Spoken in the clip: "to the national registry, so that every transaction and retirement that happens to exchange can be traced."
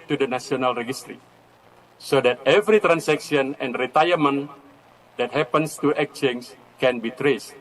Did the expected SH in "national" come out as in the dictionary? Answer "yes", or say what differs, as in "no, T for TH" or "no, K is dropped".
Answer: no, S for SH